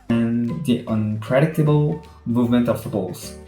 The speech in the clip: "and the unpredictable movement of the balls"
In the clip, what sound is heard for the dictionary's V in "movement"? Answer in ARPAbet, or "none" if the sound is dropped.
V